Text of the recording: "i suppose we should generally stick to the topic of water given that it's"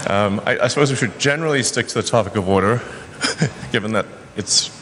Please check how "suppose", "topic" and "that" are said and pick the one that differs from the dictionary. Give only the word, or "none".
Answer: none